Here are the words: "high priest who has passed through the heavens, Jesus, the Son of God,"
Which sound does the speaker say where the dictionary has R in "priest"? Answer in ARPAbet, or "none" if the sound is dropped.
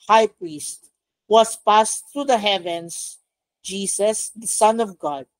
R